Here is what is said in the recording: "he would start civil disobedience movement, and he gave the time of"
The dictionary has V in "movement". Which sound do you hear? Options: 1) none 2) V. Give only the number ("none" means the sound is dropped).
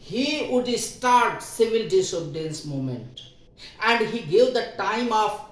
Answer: 1